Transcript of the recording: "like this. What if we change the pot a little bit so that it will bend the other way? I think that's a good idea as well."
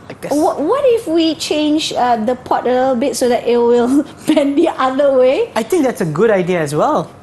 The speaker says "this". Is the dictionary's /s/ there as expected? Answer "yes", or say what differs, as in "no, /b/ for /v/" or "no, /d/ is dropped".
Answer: no, /s/ is dropped